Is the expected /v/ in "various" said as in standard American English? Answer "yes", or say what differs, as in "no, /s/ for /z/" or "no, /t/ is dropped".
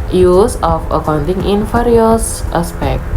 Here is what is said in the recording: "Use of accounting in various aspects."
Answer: no, /f/ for /v/